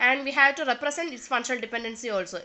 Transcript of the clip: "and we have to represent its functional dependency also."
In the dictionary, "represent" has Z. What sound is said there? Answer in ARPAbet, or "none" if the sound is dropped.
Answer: S